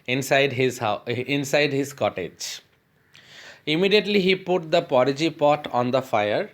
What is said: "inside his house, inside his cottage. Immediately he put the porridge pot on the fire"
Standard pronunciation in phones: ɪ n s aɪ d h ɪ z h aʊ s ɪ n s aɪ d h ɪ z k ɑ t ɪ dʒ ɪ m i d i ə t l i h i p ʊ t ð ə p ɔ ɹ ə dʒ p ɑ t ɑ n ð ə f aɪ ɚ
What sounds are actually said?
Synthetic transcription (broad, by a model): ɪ n s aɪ d h ɪ z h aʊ ɪ n s aɪ d h ɪ z k ɑ t ɪ dʒ ɪ m i d i ə t l i h i p ʊ t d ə p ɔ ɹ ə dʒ p ɑ t ɑ n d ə f aɪ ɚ